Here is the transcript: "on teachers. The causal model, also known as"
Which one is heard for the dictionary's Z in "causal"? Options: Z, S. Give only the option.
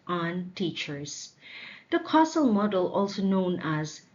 S